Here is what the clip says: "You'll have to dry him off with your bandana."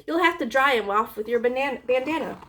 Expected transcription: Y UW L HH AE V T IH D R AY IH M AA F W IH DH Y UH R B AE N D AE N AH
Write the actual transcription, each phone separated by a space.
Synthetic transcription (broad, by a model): Y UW L HH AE F T IH D R AY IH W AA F W IH DH Y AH R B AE N D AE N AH